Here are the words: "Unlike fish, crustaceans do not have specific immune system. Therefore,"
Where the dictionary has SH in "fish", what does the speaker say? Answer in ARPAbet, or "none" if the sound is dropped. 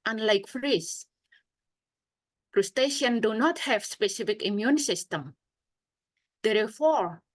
S